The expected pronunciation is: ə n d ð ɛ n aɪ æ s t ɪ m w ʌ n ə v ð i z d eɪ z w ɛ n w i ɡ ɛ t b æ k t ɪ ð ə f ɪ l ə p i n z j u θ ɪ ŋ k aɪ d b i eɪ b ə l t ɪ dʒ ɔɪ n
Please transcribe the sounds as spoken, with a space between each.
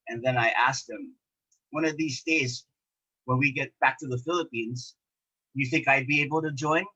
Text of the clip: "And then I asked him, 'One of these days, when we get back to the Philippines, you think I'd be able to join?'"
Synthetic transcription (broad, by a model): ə n ð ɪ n aɪ æ s t ɪ m w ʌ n ə v ð i z d eɪ z w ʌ n w i ɡ ɛ t b æ k t ɪ ð ə f ɪ l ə p i n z j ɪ θ ɪ ŋ k aɪ d b i eɪ b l t ɪ dʒ ɔɪ n